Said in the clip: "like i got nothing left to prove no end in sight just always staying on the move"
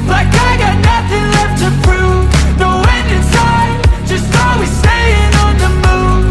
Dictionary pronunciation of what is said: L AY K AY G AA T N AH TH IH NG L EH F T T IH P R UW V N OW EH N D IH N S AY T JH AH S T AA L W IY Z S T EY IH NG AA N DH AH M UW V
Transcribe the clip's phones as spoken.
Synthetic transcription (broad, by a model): L AY K AY G AA T N AH TH IH NG L EH F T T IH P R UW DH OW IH N D IH N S AY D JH AH S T AA L W IY Z S EY IH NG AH N DH AH M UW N